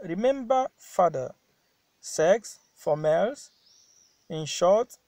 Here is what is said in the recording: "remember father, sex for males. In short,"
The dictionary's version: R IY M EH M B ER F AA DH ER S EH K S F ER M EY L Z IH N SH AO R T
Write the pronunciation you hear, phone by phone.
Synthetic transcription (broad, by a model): R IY M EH M B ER F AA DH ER S EH K S F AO M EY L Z IH N SH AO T